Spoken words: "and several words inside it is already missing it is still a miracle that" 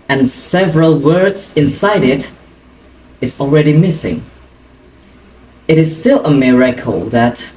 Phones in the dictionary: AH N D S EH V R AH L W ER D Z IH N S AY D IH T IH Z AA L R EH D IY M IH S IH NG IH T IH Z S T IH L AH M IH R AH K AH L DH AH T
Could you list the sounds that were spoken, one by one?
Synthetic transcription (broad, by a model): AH N S EH V R AH L W ER D Z IH N S AY D IH T IH Z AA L R EH D IY M IH S IH NG IH T IH Z S T IH L AH M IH R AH K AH L DH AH T